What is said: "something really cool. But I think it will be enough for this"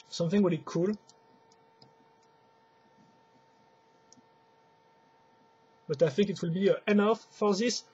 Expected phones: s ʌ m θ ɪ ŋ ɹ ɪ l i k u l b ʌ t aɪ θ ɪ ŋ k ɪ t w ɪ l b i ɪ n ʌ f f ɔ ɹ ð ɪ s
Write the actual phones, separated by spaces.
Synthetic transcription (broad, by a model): s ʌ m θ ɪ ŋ w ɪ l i k u l b ʌ t aɪ θ ɪ ŋ k ɪ t w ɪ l b i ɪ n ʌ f f ɔ ɹ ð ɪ s